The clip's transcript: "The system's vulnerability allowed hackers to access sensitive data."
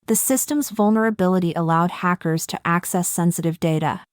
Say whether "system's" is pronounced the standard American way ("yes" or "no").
yes